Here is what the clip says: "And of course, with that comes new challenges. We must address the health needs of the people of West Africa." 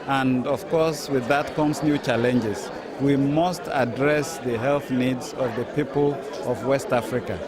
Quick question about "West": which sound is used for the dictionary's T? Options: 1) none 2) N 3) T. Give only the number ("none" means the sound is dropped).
3